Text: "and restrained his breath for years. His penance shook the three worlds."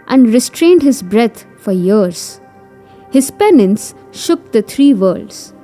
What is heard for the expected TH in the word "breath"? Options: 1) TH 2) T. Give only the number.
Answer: 2